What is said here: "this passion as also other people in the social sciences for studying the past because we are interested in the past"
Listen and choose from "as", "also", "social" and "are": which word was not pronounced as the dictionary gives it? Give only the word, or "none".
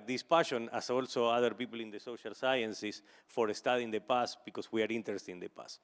as